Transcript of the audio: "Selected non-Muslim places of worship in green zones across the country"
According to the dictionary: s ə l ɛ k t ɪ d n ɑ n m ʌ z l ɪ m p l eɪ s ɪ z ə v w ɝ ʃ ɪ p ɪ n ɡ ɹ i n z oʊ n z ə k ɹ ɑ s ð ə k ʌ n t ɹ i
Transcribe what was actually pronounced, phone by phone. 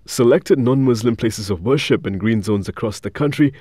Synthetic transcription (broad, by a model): s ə l ɛ k t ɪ d n ɑ n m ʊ z l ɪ m p l eɪ s ɪ z ə v w ɝ ʃ ɪ p ɪ n ɡ ɹ i n z oʊ n z ə k ɹ ɑ s ð ə k ʌ n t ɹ i